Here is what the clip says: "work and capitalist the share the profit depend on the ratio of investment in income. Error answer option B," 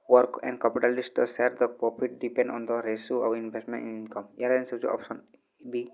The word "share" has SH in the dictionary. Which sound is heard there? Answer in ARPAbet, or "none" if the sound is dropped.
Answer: S